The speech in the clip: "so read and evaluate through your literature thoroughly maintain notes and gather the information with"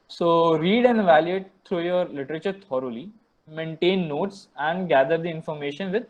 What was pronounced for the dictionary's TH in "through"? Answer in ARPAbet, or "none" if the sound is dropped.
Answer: T